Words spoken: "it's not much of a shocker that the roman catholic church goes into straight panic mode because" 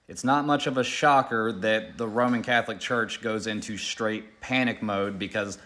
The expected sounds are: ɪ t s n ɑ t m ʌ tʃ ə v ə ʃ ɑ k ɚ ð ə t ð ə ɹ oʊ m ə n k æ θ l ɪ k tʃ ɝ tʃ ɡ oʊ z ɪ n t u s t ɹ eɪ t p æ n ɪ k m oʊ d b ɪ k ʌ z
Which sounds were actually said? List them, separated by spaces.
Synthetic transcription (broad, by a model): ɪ t s n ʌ t m ʌ tʃ ə v ə ʃ ɑ k ɚ ð ə t ð ə ɹ oʊ m ə n k æ θ l ɪ k tʃ ɝ tʃ ɡ oʊ z ɪ n t u s t ɹ eɪ t p æ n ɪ k m oʊ d b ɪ k ʌ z